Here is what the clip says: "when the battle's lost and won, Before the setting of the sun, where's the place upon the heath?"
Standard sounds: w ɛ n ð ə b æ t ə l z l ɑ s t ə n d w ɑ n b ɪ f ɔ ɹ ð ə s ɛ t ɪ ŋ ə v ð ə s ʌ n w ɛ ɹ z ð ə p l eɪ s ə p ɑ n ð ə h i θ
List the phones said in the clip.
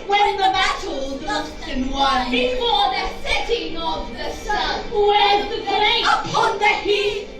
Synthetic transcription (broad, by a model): w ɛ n ð ə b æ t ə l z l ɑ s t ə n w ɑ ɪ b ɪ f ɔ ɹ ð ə s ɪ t ɪ ŋ ə v ð ə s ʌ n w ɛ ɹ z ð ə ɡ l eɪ ə p ɑ n ð ə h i